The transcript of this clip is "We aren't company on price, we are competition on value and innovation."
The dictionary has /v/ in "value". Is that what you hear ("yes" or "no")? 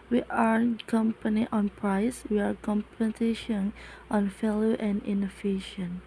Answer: no